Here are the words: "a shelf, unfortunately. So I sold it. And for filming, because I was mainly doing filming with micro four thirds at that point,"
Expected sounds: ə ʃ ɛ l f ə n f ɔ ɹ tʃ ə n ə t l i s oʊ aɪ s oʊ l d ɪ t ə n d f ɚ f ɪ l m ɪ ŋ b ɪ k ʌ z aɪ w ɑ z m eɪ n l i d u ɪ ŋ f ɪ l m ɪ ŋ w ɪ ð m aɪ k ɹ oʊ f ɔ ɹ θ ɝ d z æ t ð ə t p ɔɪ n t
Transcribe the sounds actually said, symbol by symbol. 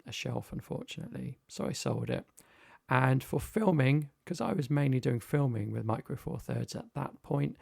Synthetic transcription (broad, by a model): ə ʃ ɛ l f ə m f ɔ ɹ tʃ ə n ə t l i s oʊ aɪ s oʊ l d ɪ t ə n f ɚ f ɪ l m ɪ ŋ k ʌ z aɪ w ɑ z m eɪ n l i d u ɪ ŋ f ɪ l m ɪ ŋ w ɪ ð m aɪ k ɹ oʊ f ɔ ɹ θ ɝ d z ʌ t ð ə t p ɔɪ n t